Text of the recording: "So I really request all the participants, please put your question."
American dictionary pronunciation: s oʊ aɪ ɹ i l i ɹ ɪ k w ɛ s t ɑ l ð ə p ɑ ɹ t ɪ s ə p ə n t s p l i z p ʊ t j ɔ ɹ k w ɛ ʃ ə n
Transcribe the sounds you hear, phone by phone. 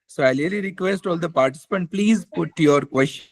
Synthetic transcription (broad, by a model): s oʊ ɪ l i l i ɹ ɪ k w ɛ s t ɑ l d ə p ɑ ɹ t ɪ s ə p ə n t p l i z p ʊ t j ɔ ɹ k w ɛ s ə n